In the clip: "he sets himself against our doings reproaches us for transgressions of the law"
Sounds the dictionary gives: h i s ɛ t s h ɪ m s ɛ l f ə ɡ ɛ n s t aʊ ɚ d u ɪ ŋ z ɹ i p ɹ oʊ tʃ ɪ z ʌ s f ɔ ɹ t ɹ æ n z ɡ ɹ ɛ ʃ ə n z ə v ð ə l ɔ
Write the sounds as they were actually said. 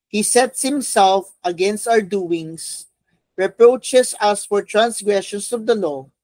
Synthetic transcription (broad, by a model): h i s ɛ t s h ɪ m s ɛ l f ə ɡ ɛ n s t aʊ ɚ d u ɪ ŋ s ɹ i p ɹ oʊ tʃ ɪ s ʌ s f ɔ ɹ t ɹ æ n s ɡ ɹ ɛ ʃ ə n s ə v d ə l ɔ